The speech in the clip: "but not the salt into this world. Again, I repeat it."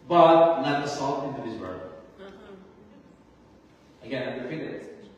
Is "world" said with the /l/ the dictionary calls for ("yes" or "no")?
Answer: no